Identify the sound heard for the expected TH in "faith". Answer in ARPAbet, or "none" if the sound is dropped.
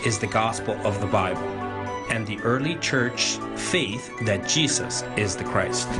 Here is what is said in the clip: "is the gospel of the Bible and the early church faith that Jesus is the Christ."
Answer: TH